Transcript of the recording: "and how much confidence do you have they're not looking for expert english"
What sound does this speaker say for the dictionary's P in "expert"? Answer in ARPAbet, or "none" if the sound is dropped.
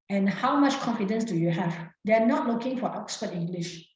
F